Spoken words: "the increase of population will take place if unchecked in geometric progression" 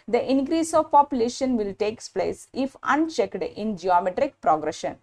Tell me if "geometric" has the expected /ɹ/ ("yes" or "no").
yes